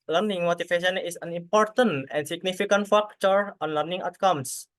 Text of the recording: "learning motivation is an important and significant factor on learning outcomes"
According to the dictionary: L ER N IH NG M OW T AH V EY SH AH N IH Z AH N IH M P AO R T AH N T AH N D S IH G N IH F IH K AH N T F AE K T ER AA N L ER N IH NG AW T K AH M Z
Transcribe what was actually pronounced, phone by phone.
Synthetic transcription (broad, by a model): L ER N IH NG M OW T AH F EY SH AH N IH S AH N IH M P AO R T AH N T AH N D S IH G N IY F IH K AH N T F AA K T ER AA N L ER N IH NG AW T K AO M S